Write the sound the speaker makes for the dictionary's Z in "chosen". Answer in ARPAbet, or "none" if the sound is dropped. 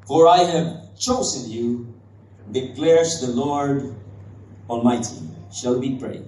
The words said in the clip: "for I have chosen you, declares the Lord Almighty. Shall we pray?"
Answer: S